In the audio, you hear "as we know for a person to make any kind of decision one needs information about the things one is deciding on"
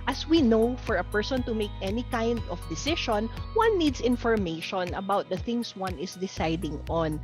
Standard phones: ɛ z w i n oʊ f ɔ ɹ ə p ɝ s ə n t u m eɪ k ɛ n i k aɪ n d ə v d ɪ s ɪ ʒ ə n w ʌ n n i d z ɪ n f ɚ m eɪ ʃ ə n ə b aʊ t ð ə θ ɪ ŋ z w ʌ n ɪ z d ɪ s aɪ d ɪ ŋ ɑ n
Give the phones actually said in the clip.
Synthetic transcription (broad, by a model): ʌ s w i n oʊ f ɔ ɹ ə p ɝ s ə n t u m eɪ k ɛ n i k aɪ n d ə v d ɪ s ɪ ʃ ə n w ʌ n n i d s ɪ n f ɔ m eɪ ʃ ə n ə b aʊ t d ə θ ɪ ŋ s w ʌ n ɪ s d ɪ s aɪ d ɪ ŋ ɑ n